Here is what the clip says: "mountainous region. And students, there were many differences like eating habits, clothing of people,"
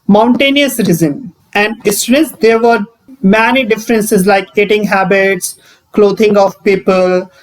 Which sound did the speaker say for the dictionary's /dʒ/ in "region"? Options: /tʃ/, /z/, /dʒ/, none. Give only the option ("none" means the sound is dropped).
/z/